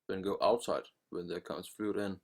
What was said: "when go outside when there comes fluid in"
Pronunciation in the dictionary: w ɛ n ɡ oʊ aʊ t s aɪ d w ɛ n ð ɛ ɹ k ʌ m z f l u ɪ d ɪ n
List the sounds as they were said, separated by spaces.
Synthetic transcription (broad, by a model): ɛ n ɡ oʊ aʊ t s aɪ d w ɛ n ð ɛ k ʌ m s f l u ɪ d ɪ n